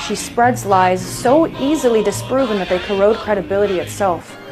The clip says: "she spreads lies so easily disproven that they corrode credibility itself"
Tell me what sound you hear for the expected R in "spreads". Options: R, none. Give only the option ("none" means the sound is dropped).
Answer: R